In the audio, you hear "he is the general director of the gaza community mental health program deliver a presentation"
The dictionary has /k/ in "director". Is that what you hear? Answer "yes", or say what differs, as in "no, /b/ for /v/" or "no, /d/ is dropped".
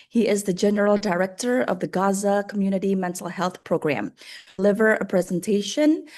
yes